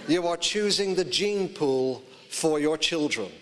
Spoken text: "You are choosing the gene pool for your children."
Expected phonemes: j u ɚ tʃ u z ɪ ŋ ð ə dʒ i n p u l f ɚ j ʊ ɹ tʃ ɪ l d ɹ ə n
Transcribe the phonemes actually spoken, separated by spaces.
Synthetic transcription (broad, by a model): j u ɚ tʃ u z ɪ ŋ ð ə dʒ i n p u l f ɚ j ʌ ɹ tʃ ɪ l d ɹ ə n